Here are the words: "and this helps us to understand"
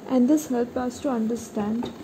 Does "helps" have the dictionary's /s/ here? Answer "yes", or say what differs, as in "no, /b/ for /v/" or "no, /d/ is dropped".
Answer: no, /s/ is dropped